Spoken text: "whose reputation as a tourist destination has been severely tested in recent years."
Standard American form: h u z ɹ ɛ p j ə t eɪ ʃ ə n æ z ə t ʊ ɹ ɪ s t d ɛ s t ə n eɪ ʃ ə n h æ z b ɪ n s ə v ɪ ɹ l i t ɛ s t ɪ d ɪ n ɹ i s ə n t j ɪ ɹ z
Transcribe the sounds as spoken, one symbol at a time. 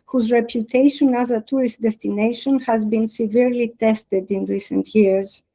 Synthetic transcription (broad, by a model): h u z ɹ ɛ p j ə t eɪ ʃ ə n æ z ə t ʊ ɹ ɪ s t d ɛ s t ə n eɪ ʃ ə n h æ z b ɪ n s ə v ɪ ɹ l i t ɛ s t ɪ d ɪ n ɹ i s ə n t j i ɹ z